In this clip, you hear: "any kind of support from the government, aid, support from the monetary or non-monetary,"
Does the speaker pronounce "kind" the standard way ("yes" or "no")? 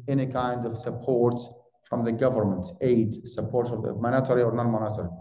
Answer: yes